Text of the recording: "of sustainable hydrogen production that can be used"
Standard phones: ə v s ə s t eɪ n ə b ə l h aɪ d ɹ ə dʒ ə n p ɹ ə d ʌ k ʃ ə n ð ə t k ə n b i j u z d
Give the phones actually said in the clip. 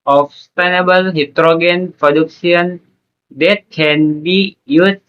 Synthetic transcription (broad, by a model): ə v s s t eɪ n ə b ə l h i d ɹ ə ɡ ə n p ɹ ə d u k s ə n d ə t k ə n b i j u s